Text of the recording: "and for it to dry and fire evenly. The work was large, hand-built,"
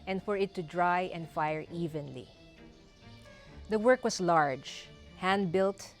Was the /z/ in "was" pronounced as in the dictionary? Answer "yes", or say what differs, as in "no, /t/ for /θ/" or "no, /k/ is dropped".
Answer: no, /s/ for /z/